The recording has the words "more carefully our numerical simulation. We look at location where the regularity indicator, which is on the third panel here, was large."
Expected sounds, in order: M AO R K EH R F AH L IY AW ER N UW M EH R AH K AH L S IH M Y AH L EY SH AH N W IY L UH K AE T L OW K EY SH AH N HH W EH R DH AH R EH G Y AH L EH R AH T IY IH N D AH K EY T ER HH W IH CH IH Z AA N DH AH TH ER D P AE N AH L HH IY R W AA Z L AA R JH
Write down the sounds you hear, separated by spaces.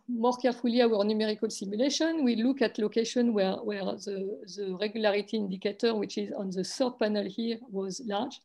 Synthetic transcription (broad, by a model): M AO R K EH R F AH L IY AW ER N UW M EH R AH K AH L S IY M Y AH L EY SH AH N W IY L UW K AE T L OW K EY SH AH N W W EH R DH AH R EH G Y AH L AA R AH T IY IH N D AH K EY T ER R W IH CH IH Z AA N DH AH S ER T P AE N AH L HH IY R W AA Z L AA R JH